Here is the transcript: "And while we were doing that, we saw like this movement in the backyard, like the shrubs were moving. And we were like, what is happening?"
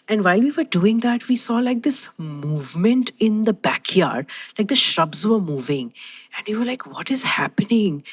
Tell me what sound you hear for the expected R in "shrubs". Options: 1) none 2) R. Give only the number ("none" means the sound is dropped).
2